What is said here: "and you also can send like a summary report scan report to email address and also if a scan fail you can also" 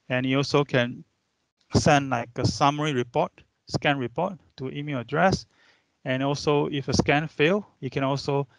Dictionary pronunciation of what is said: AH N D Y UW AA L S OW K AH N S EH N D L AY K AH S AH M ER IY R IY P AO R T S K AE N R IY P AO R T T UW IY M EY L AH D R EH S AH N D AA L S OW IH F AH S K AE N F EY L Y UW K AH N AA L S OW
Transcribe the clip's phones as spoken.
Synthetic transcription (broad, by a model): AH N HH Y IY AA L S OW K AH N S EH N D L AY K AH S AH M ER IY R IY P AO T S K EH N R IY P AO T T UW IY M EY L AH D R EH S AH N AA L S OW IH F AH S K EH N F EY L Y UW K AH N AA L S OW